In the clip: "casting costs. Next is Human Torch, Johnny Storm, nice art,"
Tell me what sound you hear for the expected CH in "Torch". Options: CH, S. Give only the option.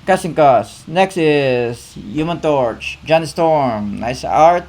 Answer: CH